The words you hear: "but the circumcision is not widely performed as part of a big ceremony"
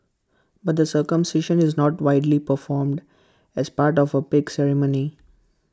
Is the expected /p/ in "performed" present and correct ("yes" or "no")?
yes